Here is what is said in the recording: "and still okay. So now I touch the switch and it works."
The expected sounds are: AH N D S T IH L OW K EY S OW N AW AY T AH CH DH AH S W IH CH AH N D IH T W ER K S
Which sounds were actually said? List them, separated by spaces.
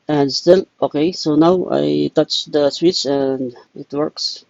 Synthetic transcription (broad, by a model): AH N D S T IH L OW K EY S OW N AW AY T AH CH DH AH S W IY S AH N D IH T W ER K S